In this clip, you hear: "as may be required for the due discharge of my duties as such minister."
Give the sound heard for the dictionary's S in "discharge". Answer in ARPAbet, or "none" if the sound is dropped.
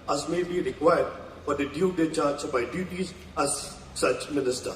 none